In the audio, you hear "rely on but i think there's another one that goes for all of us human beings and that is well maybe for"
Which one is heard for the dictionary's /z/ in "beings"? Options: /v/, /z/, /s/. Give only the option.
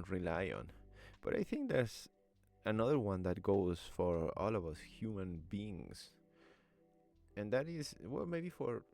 /s/